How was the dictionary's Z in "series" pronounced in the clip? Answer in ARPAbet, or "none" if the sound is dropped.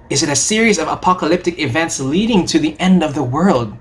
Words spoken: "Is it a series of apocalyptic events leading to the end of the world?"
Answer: Z